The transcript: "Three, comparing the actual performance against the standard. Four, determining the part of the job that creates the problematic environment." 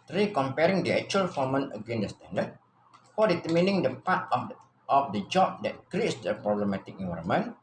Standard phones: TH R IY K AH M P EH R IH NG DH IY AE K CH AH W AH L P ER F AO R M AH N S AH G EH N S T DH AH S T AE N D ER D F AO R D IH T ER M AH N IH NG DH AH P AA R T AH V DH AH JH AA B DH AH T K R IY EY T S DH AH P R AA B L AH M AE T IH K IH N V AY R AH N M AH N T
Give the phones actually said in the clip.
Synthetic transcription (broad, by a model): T R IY K AH M P EH R IH NG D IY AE K CH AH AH L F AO M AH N AH G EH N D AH S T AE N D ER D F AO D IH T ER M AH N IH NG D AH P AA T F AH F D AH JH AA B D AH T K R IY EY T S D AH P R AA B L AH M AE T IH K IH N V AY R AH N M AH N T